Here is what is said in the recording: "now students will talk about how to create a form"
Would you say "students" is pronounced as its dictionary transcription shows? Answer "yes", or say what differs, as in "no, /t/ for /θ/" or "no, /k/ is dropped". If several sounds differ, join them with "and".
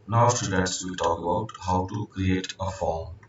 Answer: no, /n/ is dropped